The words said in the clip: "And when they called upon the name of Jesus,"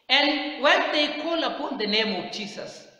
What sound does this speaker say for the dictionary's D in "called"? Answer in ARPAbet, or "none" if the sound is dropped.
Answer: none